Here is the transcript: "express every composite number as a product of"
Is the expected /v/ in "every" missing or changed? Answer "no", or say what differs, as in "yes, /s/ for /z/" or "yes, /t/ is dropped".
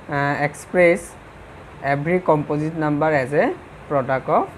yes, /b/ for /v/